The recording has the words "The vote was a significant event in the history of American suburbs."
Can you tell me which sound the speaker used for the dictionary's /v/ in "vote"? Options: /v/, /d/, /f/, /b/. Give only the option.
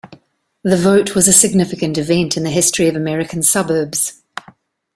/v/